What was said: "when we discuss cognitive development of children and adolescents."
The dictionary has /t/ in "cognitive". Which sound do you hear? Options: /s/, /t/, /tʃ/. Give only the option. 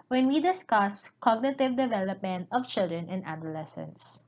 /t/